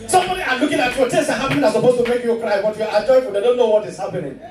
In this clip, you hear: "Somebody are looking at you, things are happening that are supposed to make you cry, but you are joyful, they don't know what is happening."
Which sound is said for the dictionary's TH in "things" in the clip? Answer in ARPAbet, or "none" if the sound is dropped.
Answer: T